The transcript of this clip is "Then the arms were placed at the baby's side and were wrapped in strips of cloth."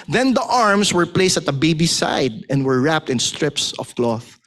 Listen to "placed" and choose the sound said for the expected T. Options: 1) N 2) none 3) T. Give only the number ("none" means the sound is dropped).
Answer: 3